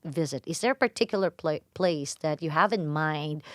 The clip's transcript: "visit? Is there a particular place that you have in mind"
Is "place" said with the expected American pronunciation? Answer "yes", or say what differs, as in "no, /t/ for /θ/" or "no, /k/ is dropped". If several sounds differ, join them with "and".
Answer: yes